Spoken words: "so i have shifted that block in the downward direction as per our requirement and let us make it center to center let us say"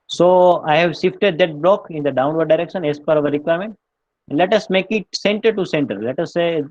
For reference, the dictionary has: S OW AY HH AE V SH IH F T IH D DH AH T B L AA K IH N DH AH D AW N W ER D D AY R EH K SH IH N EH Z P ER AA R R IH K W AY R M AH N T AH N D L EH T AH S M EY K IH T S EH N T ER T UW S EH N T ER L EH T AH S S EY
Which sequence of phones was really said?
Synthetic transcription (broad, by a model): S OW AY HH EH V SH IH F T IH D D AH T B L AA K IH N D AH D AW N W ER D D AY R EH K SH IH N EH S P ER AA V R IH K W AY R M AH N T AH N D L EH T AH S M EY K IH T S EH N T ER T UW S EH N T ER L EH T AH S S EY